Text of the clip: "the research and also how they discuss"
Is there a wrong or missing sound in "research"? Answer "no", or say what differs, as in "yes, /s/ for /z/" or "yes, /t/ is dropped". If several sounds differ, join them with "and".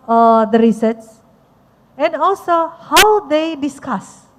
yes, /s/ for /tʃ/